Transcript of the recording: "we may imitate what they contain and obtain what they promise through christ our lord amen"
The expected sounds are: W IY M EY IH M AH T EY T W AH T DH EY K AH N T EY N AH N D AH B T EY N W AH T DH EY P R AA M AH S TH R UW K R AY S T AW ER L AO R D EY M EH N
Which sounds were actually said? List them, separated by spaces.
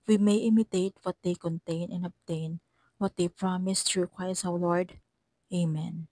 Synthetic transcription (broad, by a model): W IY M EY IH M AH T EY T W AH T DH EY K AH N T EY N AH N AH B T EY N W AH T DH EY P R AA M AH S T R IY K W AY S AW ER L AO R D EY M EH N